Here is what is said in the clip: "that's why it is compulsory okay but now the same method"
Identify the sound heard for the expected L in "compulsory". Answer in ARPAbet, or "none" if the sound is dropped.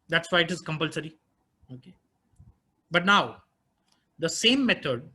L